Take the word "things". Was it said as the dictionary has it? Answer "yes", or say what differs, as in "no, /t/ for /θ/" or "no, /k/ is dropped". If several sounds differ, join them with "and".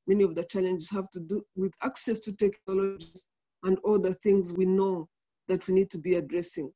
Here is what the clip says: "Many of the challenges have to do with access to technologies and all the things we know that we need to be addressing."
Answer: yes